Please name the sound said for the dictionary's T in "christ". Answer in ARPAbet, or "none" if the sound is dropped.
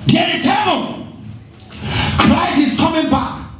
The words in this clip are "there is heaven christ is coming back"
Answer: none